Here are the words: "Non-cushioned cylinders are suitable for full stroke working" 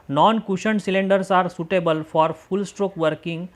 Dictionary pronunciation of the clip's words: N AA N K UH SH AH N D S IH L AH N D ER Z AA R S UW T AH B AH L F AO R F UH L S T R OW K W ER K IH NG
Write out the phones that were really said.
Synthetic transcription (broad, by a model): N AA N K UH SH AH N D S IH L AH N D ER S AA R S UW T AH B AH L F AO R F UH L S T R OW K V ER K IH NG